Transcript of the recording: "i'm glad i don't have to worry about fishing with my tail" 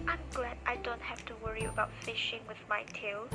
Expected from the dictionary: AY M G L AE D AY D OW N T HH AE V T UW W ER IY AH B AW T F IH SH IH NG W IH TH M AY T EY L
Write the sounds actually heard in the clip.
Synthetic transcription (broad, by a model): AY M G L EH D AY D OW N T HH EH F T UW W ER IY AH B AW T F IH SH IH NG W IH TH M AY T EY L